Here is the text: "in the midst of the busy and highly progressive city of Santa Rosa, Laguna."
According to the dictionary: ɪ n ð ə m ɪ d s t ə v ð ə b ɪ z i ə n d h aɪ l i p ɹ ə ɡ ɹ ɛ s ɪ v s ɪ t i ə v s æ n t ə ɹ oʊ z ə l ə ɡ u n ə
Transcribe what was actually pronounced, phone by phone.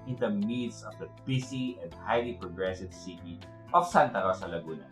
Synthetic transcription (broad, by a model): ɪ n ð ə m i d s ə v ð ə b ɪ s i ə n d h aɪ l i p ɹ ə ɡ ɹ ɛ s ɪ v s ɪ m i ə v s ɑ n t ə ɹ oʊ s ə l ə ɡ u n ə